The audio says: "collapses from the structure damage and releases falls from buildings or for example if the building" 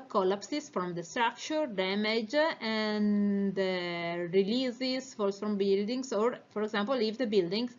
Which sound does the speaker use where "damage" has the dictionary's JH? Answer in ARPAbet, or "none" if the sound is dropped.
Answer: JH